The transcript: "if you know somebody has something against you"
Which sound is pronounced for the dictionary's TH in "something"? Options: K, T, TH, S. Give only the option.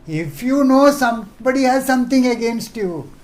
T